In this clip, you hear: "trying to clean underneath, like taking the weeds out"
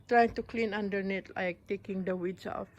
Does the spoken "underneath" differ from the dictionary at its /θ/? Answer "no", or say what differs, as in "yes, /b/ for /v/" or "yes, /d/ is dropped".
yes, /t/ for /θ/